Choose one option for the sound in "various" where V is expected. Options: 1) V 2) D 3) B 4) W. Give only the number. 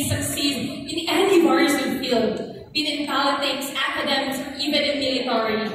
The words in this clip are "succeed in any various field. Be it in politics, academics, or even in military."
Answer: 4